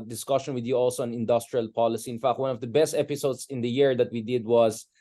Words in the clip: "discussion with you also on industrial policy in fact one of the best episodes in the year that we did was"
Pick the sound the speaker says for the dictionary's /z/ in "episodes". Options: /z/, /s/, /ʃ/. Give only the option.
/s/